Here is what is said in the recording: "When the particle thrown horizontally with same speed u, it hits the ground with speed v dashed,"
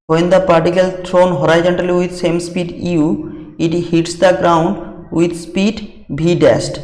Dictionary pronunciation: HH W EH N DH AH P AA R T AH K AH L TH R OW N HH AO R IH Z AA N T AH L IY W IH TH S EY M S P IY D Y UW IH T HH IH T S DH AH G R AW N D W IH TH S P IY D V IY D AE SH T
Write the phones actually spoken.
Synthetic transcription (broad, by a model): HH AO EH N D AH P AA R T AH K AH L T R OW N HH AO R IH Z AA N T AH L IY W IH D S EY M S P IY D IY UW IH T HH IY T S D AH G R AW N D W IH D S P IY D B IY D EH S T